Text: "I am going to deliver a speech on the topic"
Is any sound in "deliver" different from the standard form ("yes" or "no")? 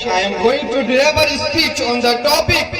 yes